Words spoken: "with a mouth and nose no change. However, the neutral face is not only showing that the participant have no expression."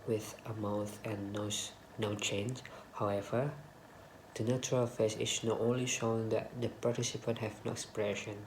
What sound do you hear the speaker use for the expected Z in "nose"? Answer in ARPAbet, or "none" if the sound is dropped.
none